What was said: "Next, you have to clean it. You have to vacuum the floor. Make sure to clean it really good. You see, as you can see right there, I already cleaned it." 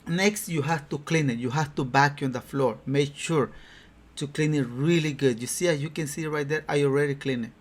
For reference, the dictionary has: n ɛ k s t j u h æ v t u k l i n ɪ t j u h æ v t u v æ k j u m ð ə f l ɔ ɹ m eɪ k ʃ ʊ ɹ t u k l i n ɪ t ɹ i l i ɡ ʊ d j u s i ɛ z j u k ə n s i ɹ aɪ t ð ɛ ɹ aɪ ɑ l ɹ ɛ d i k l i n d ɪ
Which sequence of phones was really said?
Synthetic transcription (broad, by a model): n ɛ k s t j u h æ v t u k l i n ɪ t j u h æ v t u b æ k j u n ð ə f l ɔ ɹ m eɪ k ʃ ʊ ɹ t u k l i n ɪ t ɹ i l i ɡ ʊ d j u s i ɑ j u k ə n s i ɹ aɪ t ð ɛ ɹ aɪ ɑ l ɹ ɛ d i k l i n ɪ